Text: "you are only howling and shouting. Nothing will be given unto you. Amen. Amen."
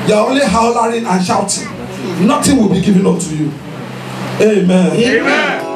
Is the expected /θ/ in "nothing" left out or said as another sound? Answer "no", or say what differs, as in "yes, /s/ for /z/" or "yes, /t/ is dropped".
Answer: yes, /t/ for /θ/